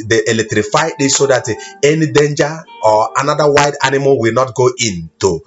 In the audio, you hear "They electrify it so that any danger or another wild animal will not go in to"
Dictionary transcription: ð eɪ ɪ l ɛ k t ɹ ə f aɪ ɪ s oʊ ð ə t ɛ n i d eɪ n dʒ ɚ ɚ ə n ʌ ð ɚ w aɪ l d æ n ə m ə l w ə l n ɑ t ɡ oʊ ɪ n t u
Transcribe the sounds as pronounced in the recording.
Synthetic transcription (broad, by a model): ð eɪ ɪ l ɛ k t ɹ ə f aɪ ɪ s oʊ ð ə t ɛ n i d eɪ n dʒ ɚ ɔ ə n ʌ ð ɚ w aɪ d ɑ n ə m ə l w ə l n ɑ t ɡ oʊ ɪ n t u